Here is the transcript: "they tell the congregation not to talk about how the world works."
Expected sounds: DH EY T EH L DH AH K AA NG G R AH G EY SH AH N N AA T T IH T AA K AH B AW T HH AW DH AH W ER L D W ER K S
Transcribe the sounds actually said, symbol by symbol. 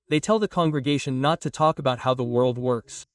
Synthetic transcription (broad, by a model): DH EY T EH L DH AH K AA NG G R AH G EY SH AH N N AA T T IH T AA K AH B AW T HH AW DH AH W ER L D W ER K S